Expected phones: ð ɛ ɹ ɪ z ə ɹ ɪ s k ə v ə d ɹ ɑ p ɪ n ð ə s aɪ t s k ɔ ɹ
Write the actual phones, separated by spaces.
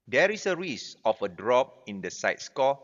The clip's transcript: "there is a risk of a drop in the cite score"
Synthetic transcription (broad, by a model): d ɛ ɹ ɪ s ə ɹ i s ə f ə d ɹ ɑ p ɪ n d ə s aɪ t s k ɔ